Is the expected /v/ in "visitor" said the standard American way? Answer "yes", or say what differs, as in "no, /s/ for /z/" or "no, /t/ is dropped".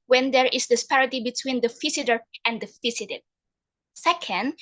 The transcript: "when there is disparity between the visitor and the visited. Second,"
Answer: no, /f/ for /v/